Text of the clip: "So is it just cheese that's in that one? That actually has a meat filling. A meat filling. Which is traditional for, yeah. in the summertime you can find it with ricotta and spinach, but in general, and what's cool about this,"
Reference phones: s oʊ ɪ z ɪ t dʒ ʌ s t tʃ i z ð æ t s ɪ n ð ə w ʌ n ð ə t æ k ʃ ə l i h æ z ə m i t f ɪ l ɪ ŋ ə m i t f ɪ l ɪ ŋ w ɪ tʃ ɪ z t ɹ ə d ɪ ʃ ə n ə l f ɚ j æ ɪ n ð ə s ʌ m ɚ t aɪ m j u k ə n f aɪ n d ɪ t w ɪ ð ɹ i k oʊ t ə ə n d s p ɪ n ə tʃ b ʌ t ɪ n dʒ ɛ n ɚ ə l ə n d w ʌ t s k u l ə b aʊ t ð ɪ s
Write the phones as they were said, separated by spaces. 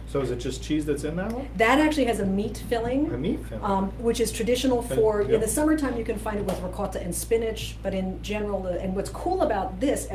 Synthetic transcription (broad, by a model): s oʊ ɪ z ɪ t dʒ ʌ s tʃ i z ð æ t s ɪ n ð ə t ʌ ð ə t æ k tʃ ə l i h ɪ z ə m i t f ɪ l ɪ ŋ ə m i t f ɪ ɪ w ɪ tʃ ɪ z t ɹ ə d ɪ ʃ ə n l f ɚ ɪ n ð ə s ʌ m ɚ t aɪ m j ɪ k ə n f aɪ n d ɪ t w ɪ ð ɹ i k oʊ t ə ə n s p ɪ n ə tʃ b ʌ t ɪ n dʒ ɛ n ɚ l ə n w ʌ t s k u l ə b aʊ t ð ɪ s